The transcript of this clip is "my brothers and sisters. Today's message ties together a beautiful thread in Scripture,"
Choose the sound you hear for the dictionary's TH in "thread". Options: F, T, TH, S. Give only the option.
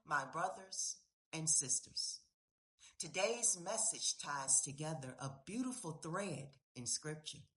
TH